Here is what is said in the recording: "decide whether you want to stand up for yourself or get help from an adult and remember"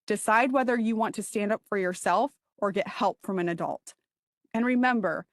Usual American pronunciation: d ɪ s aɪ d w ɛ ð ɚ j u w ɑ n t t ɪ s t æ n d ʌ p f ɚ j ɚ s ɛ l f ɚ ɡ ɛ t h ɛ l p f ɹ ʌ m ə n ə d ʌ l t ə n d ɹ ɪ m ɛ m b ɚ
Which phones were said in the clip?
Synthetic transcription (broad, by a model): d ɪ s aɪ d w ɛ ð ɚ j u w ɑ n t t ɪ s t æ n d ʌ p f ɚ j ɚ s ɛ l f ɚ ɡ ɛ t h ɛ l p f ɹ ʌ m ə n ə d ʌ l t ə n ɹ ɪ m ɛ m b ɚ